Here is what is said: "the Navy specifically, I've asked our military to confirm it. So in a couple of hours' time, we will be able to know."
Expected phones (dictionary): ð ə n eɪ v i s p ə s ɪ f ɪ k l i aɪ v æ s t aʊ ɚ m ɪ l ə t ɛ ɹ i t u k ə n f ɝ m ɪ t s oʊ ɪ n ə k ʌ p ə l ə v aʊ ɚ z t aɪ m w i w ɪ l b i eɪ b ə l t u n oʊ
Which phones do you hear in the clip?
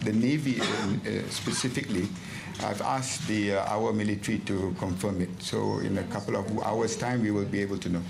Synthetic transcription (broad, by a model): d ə n eɪ v i s p ə s ɪ f ɪ k l i aɪ v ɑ s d aʊ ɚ m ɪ l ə t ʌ ɹ i t u k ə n f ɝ m ɪ t s oʊ ɪ n ə k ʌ p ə l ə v aʊ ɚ s t aɪ m w i w ɪ l b i eɪ b ə l t u n oʊ